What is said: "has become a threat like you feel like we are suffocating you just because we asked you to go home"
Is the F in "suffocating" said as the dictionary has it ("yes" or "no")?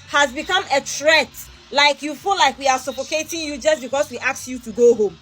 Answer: no